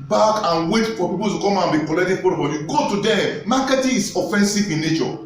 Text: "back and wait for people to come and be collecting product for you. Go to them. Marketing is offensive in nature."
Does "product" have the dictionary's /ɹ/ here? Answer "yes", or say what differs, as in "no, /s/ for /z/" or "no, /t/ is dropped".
no, /ɹ/ is dropped